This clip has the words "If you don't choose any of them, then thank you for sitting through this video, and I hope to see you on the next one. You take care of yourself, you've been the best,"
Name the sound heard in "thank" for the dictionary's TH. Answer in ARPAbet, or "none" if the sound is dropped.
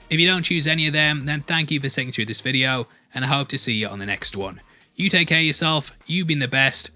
TH